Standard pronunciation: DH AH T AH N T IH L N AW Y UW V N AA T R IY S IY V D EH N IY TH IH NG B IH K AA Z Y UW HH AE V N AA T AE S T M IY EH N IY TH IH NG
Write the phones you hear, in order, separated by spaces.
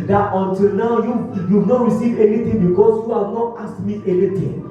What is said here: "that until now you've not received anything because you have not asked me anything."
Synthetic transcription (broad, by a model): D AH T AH N T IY L N AW Y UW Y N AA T R IY S IY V EH N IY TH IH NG B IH K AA S Y UW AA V N AA T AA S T M IY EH N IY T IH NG